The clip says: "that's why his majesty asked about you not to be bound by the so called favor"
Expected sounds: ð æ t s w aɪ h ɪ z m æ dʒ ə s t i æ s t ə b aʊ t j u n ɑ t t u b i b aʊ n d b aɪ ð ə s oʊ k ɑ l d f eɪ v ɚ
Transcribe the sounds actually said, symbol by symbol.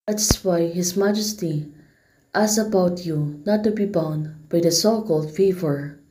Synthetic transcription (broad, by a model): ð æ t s w aɪ h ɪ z m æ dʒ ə s t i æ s ə b aʊ t j u n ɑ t t u b i b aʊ n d b aɪ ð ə s oʊ k ɑ l d f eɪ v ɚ